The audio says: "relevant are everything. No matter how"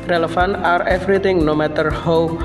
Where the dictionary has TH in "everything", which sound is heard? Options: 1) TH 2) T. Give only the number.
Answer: 2